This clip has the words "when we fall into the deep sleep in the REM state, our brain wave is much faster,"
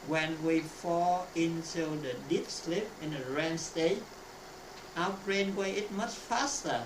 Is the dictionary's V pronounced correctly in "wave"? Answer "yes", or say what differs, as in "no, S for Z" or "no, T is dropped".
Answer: no, V is dropped